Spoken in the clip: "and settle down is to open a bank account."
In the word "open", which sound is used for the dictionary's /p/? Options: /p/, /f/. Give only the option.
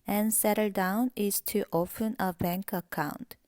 /f/